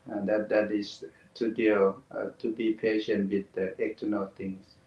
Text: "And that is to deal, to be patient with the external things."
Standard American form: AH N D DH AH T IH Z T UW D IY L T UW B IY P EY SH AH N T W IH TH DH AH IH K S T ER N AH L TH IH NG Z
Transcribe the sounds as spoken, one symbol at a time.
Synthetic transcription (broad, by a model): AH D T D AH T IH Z T UW D IY L T UW B IY P EY SH AH N T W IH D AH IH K T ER N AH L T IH NG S